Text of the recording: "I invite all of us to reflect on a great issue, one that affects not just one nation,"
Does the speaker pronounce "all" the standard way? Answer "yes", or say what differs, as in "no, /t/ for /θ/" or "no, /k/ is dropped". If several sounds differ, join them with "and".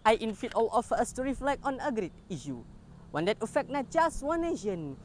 yes